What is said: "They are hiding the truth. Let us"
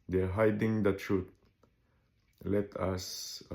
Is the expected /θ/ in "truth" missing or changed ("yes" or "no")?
yes